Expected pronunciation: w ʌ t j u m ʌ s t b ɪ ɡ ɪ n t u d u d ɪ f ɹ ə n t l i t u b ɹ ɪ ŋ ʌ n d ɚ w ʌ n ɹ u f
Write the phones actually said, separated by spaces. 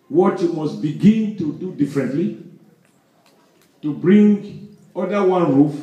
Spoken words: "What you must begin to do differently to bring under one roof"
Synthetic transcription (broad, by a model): w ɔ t j u m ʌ s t b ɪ ɡ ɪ n t u d u d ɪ f ɹ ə n t l i t u b ɹ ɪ ŋ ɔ d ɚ w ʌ n ɹ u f